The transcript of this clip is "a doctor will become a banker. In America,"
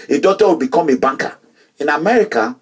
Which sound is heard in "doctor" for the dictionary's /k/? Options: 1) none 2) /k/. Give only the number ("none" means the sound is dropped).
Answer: 1